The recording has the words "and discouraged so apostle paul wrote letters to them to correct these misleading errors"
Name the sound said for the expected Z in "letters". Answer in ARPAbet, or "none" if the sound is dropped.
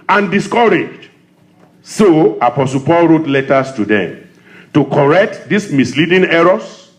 S